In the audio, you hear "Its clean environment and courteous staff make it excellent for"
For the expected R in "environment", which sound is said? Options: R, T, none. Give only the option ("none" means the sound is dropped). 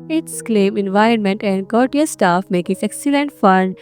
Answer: R